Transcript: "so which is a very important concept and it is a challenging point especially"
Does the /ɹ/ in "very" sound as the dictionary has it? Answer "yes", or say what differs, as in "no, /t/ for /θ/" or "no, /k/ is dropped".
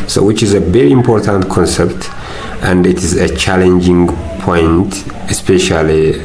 yes